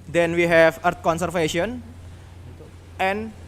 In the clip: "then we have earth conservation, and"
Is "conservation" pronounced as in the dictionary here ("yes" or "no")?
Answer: no